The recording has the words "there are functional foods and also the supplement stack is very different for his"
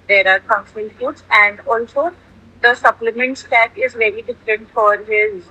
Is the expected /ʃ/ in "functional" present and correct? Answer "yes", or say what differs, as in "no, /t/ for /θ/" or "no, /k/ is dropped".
no, /ʃ/ is dropped